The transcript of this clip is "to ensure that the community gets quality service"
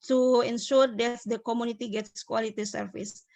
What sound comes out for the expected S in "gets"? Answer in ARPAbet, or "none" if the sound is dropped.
S